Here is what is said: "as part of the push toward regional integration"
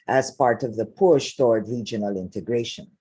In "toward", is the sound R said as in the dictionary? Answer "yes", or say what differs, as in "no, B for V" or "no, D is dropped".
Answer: yes